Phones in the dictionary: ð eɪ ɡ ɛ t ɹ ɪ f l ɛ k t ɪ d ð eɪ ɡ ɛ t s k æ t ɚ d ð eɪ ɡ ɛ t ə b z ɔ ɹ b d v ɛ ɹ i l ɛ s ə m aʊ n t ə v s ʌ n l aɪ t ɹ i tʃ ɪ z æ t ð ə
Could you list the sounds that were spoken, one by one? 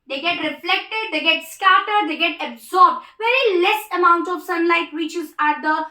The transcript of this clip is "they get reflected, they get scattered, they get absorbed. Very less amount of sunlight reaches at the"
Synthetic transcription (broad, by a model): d eɪ ɡ ɛ t ɹ ɪ f l ɛ k t ɪ d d eɪ ɡ ɛ t s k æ t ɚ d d eɪ ɡ ɛ t ə b z ɔ ɹ b d v ɛ ɹ i l ɛ s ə m aʊ n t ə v s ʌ n l aɪ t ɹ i tʃ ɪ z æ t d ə